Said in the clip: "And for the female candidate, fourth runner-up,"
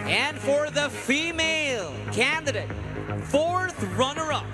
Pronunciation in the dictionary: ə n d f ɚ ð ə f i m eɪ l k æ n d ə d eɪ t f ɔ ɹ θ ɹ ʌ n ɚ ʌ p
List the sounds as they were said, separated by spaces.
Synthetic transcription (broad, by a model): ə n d f ɚ ð ə f i m eɪ l k æ n d ə d eɪ t f ɔ ɹ θ ɹ ʌ n ɚ ʌ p